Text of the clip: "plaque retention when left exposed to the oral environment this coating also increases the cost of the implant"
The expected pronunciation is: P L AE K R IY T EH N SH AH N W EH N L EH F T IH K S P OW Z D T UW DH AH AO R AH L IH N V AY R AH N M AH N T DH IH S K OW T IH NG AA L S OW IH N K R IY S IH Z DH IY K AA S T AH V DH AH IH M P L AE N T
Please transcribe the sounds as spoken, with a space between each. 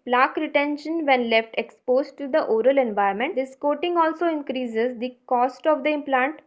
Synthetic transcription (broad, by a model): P L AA K R IY T EH N SH AH N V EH N L EH F T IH K S P OW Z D T UW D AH AO R AH L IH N V AY AH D M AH N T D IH S K OW T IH NG AA L S OW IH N K R IY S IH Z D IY K AA S T AH V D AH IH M P L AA N T